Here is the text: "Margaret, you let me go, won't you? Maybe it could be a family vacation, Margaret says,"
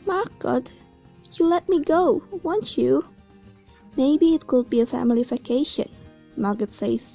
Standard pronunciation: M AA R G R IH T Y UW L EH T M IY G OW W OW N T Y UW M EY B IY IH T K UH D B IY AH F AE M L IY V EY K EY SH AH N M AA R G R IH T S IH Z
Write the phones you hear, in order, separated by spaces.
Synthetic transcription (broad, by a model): M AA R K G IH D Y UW L EH T M IY G OW W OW N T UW M EY B IY IH T K UH D B IY AH F AE M L IY F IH K EY SH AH N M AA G IH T S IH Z